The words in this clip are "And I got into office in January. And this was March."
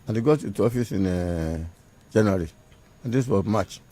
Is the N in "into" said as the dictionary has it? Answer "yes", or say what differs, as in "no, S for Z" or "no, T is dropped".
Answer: no, N is dropped